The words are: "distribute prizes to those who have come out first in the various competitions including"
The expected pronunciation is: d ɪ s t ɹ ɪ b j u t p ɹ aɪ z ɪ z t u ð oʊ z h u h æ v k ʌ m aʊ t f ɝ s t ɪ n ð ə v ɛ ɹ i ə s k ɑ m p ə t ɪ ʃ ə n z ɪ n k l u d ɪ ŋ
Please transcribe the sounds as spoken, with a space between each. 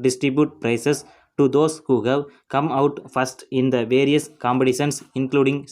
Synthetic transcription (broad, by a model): d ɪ s t ɹ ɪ b j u t p ɹ aɪ s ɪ s t u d oʊ s h u h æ v k ʌ m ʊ t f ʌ s t ɪ n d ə v ɛ ɹ i ə s k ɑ m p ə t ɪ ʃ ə n s ɪ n k l u d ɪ ŋ